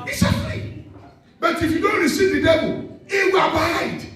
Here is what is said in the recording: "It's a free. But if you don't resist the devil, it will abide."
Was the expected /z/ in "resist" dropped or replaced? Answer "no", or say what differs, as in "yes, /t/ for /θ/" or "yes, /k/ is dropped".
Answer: yes, /s/ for /z/